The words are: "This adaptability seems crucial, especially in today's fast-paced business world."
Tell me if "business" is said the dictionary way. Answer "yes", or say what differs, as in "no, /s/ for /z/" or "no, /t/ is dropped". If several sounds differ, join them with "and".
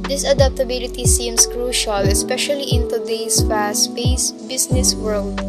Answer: no, /s/ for /z/